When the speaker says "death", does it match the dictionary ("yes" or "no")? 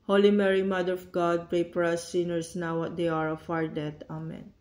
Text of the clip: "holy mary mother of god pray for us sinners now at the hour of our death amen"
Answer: no